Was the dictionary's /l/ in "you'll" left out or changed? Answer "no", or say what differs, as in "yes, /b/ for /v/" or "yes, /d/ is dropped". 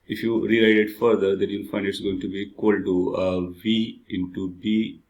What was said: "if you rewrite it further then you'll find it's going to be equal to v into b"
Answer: yes, /n/ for /l/